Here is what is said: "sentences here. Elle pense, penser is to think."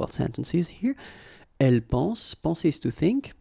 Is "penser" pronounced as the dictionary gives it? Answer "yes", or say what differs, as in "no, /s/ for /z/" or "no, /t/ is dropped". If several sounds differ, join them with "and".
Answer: no, /n/ is dropped